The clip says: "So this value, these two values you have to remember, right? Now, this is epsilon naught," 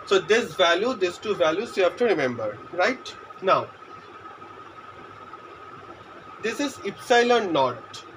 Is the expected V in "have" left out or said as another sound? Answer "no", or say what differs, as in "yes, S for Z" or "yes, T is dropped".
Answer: yes, F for V